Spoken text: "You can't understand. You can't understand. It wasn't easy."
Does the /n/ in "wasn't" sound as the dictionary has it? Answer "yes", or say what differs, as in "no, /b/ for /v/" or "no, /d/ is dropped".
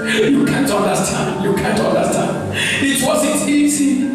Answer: no, /n/ is dropped